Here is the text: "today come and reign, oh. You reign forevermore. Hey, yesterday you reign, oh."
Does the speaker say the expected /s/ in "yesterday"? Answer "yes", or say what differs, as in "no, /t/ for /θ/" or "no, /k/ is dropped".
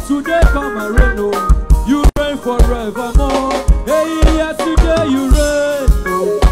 no, /s/ is dropped